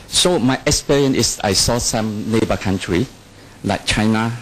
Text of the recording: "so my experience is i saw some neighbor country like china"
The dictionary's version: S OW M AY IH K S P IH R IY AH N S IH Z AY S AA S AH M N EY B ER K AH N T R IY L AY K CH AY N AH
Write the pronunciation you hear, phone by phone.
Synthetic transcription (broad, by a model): S OW M AY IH K S P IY R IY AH N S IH S AY S AA S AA M N EY B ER K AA N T R IY L AY K CH AY N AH